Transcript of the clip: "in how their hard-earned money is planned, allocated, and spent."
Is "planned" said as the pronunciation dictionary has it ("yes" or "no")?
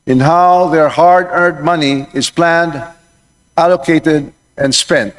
yes